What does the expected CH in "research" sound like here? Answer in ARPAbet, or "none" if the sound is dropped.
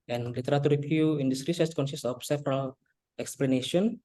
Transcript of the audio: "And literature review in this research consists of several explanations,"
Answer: S